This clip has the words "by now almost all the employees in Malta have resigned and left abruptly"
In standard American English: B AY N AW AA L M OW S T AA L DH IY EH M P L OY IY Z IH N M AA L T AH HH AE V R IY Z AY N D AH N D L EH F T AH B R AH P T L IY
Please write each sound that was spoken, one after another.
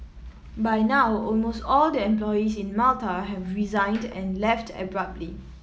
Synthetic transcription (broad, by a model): B AY N AW AA L M OW S T AA L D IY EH M P L OY IY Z IH N M AA L T AH HH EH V R IY Z AY N D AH N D L EH F T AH B R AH P T L IY